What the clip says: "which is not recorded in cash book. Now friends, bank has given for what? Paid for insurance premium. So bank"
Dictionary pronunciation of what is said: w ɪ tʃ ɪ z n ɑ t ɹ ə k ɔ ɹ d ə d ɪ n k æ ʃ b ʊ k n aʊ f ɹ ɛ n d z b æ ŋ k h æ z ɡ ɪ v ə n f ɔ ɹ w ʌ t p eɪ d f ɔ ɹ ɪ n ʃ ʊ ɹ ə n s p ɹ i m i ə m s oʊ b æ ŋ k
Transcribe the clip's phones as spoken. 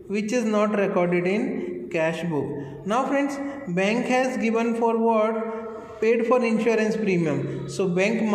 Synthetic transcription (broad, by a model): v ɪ tʃ ɪ z n ɑ t ɹ ə k ɔ ɹ d ə d ɪ n k æ ʃ b ʊ k n aʊ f ɹ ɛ n d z b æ ŋ k h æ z ɡ ɪ v ə n f ɔ ɹ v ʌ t p eɪ d f ɔ ɹ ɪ n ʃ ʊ ɹ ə n s p ɹ i m i ə m s oʊ b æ ŋ k